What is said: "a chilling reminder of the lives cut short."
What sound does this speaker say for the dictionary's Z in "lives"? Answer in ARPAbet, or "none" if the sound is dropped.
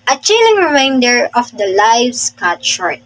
S